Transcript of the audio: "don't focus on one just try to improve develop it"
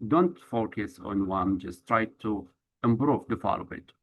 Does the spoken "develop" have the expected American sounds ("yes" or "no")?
no